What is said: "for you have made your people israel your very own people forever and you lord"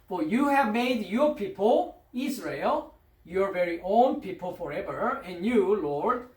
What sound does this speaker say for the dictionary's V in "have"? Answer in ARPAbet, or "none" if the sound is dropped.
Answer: V